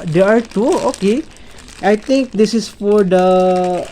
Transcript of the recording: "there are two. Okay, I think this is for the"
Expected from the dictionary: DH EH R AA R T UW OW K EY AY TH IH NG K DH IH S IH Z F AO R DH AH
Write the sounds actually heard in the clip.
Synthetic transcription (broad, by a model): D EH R AA R T UW OW K EY AY T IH NG K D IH S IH S F AO R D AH